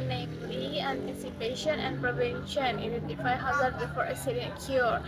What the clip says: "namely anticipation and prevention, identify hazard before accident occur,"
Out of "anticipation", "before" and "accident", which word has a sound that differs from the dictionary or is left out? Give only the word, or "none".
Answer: accident